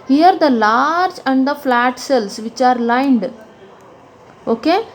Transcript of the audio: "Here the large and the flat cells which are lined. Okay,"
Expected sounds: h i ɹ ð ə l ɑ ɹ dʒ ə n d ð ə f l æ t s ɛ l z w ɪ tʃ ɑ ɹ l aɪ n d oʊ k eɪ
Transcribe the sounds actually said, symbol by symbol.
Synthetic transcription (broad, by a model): h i ɹ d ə l ɑ ɹ dʒ ə n d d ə f l æ t s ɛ l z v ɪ tʃ ɑ ɹ l aɪ n d oʊ k eɪ